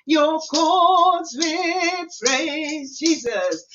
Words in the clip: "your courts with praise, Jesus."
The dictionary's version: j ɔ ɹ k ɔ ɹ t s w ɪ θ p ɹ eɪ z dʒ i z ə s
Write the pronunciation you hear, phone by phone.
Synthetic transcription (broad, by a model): j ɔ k ɔ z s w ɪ p ɹ eɪ z dʒ i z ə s